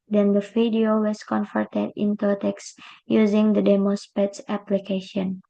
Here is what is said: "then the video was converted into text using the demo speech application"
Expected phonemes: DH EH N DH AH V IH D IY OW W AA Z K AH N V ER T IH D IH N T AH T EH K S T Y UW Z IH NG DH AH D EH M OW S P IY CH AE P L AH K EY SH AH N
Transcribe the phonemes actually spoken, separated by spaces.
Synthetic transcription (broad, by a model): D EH N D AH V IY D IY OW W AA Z K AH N F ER T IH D IH N T AH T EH K S Y UW Z IH NG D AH D EH M OW S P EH S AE P L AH K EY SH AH N